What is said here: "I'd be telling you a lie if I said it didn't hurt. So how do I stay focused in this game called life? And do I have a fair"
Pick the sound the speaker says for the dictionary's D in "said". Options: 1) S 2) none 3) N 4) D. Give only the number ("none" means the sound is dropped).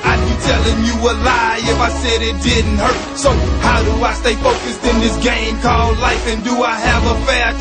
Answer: 4